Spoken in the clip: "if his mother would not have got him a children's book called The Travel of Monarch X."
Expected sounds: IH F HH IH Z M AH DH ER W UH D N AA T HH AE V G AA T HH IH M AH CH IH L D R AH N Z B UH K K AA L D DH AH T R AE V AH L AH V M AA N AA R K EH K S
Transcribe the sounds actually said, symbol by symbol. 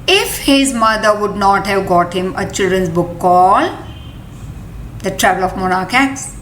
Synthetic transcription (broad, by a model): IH F HH IH Z M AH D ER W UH D N AA T HH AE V G AA T HH IH M AH CH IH L D R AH N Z B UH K K AA L D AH T R AE V AH L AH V M AA N AA R K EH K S